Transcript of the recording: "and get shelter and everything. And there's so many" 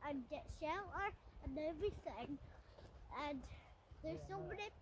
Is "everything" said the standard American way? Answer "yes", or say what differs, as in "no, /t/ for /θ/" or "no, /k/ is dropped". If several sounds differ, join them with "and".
yes